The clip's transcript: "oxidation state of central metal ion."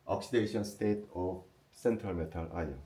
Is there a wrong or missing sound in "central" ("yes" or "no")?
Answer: no